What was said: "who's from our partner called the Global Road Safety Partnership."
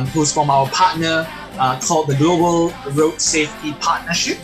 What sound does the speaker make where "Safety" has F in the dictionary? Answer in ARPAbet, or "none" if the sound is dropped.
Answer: F